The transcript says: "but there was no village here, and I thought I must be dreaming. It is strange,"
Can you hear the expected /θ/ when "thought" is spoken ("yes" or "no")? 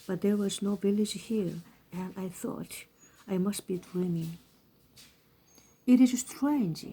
yes